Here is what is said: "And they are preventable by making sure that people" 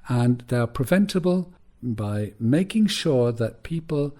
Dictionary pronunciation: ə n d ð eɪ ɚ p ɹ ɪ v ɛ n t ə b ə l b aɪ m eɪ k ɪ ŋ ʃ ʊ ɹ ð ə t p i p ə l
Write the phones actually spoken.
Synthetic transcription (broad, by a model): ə n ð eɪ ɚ p ɹ ɪ v ɛ n t ə b ə l b aɪ m eɪ k ɪ ŋ ʃ ʊ ɹ ð ə t p i p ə l